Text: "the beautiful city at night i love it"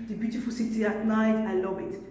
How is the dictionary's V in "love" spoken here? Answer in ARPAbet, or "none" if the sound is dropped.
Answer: B